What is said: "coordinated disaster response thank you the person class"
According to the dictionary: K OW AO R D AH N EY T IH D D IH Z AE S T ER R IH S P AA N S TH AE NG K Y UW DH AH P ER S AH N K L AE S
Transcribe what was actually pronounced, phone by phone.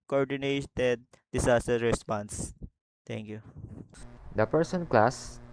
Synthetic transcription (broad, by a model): K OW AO R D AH N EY T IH D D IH S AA S T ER R IH S P AA N S T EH NG K Y UW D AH P ER S AH N K L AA S